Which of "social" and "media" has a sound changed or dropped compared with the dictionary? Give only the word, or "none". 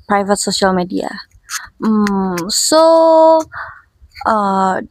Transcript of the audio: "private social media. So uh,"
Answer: none